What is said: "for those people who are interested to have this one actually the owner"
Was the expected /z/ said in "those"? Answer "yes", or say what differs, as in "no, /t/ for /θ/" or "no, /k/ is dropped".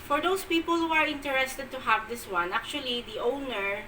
no, /s/ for /z/